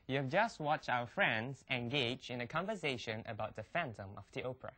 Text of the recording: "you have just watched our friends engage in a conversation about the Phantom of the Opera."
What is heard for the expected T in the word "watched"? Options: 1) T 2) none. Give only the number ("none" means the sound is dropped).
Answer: 1